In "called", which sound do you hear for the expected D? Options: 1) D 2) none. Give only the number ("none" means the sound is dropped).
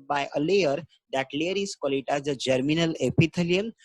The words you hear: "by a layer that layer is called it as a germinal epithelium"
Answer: 2